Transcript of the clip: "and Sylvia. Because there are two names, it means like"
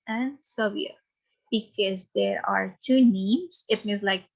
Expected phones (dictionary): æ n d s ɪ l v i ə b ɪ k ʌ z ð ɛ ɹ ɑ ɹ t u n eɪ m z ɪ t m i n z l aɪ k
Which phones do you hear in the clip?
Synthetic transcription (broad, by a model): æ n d s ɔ v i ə b ɪ k ʌ z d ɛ ɹ ɑ ɹ t u n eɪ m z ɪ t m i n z l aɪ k